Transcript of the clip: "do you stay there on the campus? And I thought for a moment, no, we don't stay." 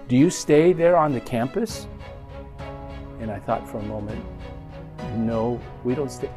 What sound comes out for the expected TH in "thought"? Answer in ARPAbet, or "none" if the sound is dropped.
TH